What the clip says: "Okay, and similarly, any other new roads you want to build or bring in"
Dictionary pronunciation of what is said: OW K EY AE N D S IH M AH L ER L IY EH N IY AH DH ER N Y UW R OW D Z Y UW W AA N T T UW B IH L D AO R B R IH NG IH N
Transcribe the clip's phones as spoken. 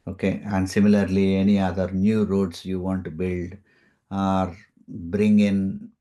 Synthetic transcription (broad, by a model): OW K EY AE N D S IH M AH L ER L IY EH N IY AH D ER N Y UW R OW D S Y UW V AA N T T UW B IH L D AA R B R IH NG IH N